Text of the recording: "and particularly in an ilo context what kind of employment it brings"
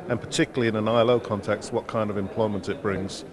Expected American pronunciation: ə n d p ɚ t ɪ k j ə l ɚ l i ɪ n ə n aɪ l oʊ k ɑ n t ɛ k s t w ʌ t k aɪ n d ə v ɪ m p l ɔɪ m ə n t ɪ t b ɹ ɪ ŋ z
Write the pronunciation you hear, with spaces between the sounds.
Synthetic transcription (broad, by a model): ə n p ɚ t ɪ k j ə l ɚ l i ɪ n ə n aɪ l oʊ k ɑ n t ɛ k s t w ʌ t k aɪ n d ə v ɪ m p l ɔɪ m ə n t ɪ t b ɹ ɪ ŋ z